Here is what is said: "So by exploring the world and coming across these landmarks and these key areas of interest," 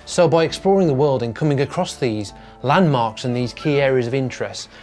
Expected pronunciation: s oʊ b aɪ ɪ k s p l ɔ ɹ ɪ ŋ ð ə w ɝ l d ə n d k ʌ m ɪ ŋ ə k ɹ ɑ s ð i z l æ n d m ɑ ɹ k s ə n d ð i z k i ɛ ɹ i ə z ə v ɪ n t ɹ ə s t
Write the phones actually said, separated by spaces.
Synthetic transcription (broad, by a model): s oʊ b aɪ ɪ k s p l ɔ ɹ ɪ ŋ ð ə w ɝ l d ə n k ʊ m ɪ ŋ ə k ɹ ɑ s ð i z l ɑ n m ɑ ɹ k s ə n ð i z k i ɛ ɹ i ə z ə v ɪ n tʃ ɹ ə s t